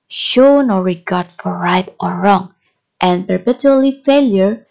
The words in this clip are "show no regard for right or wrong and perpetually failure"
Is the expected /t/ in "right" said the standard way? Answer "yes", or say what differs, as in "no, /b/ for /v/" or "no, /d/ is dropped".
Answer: yes